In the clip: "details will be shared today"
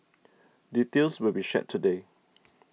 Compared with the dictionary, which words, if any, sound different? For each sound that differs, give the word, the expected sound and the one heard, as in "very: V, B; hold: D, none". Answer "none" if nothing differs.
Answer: details: Z, S